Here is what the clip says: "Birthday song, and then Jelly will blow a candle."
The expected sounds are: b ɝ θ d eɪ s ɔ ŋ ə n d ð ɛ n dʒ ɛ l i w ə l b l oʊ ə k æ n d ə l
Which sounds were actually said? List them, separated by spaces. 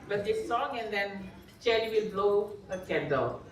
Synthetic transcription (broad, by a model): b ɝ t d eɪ s ɔ ŋ ə n d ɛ n tʃ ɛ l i w ə l b l oʊ ə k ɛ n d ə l